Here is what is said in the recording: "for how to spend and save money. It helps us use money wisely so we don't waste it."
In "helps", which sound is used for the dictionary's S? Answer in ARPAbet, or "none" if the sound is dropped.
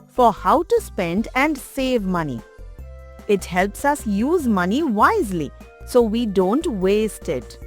S